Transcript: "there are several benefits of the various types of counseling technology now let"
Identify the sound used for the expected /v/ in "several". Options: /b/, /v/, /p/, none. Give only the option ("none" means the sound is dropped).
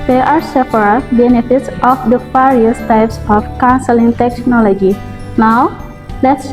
/p/